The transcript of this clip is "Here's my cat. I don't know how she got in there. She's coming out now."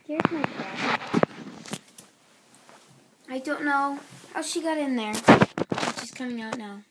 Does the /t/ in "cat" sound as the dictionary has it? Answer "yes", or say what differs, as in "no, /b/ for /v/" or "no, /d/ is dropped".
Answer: no, /t/ is dropped